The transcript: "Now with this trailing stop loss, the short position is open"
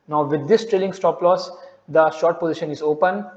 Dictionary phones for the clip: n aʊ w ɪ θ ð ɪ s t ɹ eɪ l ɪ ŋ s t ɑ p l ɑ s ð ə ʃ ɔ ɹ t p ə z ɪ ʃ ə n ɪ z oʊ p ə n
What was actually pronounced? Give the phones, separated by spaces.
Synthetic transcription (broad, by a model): n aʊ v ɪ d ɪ s t ɹ eɪ l ɪ ŋ s t ɑ p l ɑ s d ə ʃ ɔ ɹ t p ə z ɪ ʃ ə n ɪ z oʊ p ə n